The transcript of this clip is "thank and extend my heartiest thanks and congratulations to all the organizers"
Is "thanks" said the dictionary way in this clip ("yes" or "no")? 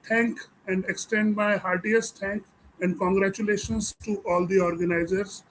no